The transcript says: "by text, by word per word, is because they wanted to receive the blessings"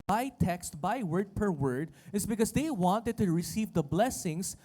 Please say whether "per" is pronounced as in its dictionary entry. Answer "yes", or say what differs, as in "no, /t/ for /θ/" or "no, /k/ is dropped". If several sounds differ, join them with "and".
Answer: yes